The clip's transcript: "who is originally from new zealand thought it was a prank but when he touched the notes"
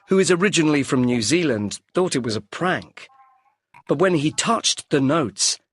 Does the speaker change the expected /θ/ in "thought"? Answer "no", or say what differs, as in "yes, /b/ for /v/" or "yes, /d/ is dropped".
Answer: no